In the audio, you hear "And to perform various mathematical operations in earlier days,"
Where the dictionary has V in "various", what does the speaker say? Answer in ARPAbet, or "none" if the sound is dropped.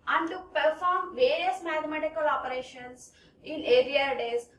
V